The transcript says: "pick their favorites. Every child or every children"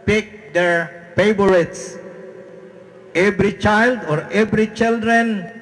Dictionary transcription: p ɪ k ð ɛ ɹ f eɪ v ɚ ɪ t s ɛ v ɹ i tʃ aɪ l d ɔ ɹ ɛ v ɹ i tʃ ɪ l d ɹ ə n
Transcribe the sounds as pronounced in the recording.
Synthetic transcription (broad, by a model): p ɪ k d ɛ ɹ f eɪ b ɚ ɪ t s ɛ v ɹ i tʃ aɪ l d ɔ ɹ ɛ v ɹ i tʃ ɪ l d ɹ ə n